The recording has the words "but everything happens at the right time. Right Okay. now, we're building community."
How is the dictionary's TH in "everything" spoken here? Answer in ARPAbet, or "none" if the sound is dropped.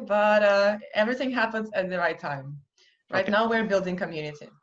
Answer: TH